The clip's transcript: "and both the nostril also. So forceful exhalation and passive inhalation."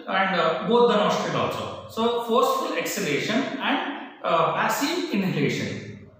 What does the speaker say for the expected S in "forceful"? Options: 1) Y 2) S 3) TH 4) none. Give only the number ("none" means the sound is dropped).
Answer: 2